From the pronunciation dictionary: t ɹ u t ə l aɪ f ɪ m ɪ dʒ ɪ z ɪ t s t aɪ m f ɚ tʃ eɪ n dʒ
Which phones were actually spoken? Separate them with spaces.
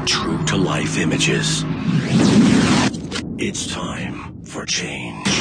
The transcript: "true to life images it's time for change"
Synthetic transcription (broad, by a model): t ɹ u t ə l aɪ f ɪ m ɪ dʒ ɪ z ɪ t s t aɪ m f ɚ tʃ eɪ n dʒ